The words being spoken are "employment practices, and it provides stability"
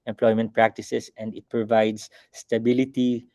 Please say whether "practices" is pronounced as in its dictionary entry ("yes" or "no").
no